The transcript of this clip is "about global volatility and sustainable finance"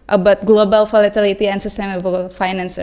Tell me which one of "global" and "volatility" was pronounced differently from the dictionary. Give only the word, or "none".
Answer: volatility